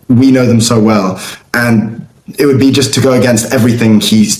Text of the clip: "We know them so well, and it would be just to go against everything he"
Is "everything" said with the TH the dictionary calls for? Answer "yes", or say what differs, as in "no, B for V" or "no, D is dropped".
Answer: yes